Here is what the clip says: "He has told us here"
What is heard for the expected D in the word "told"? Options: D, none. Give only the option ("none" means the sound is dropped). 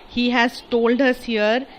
D